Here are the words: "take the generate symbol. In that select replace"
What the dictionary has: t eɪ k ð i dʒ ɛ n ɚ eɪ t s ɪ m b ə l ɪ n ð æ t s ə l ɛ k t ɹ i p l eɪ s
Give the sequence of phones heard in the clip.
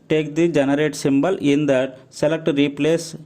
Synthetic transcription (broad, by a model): t eɪ k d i dʒ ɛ n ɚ eɪ t s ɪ m b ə l ɪ n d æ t s ə l ɛ k t ɹ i p l eɪ s